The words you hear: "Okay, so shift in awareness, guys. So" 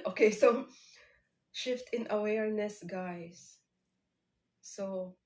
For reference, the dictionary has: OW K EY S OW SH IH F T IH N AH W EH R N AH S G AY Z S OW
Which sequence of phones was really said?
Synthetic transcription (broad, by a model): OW K EY S OW SH IH F T IH N AH W EH R N AH S G AY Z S OW